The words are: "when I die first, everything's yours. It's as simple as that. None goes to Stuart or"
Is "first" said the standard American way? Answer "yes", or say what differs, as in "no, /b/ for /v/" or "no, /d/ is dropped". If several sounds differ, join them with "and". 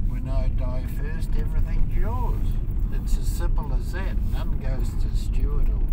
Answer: yes